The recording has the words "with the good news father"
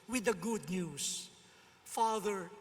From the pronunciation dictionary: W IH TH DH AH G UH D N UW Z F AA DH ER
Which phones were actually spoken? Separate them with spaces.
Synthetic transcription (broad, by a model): W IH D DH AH G UH D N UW S F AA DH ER